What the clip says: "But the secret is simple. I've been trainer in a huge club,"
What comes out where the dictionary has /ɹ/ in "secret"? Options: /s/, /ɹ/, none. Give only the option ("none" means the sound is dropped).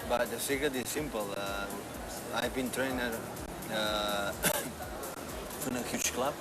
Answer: none